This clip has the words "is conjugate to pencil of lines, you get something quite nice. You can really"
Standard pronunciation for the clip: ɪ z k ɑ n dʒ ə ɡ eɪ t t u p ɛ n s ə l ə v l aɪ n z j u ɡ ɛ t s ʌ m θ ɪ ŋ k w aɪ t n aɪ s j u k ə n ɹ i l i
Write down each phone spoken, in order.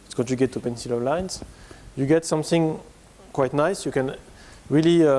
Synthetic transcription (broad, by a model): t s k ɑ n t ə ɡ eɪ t t u p ɛ n s ə l ə v l aɪ n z j u ɡ ɛ t s ʌ m θ ɪ ŋ k w aɪ t n aɪ s j u k ə n ɹ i l i